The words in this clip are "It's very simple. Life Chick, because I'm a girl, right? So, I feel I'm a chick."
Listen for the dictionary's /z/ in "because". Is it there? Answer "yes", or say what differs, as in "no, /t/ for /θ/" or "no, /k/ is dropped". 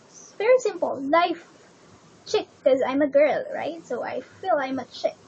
no, /z/ is dropped